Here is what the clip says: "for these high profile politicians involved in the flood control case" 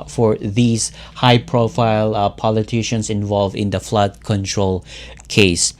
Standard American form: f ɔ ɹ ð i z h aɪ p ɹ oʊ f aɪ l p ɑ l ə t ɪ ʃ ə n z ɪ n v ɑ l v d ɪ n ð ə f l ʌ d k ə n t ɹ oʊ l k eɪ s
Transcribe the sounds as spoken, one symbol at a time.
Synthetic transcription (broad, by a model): f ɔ ɹ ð i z h aɪ p ɹ oʊ f aɪ l p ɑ l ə t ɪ ʃ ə n s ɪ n v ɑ l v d ɪ n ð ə f l ʌ d k ə n t ɹ oʊ l k eɪ s